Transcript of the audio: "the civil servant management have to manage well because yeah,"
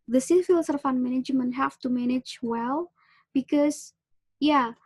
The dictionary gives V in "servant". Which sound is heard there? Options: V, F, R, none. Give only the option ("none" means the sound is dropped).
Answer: F